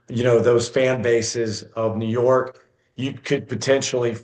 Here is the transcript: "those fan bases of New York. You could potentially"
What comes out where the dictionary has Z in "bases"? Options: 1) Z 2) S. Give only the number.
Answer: 1